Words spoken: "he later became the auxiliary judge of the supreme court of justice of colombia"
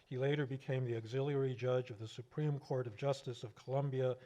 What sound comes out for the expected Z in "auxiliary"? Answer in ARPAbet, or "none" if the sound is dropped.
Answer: Z